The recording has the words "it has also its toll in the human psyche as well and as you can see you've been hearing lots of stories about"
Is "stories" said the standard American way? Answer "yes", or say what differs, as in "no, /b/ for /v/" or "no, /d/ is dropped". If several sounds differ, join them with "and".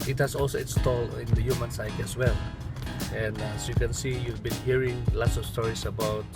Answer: no, /s/ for /z/